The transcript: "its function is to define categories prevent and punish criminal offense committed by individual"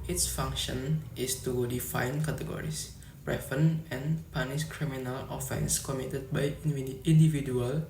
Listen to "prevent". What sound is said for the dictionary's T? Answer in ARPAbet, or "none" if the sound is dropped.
none